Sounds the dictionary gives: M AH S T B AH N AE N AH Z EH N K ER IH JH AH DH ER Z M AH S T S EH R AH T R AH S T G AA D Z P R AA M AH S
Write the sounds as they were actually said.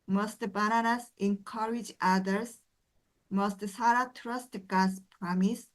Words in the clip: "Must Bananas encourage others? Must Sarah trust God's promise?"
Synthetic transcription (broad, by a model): M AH S T B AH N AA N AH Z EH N K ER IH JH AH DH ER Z M AH S T S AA R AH T R AH S T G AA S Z P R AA M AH S